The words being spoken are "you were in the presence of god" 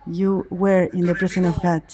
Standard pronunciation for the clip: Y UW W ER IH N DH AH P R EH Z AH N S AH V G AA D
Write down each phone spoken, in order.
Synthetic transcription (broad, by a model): Y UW W ER IH N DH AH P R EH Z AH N AH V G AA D